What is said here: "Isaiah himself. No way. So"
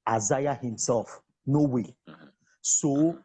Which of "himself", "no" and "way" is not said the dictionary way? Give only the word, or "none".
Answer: none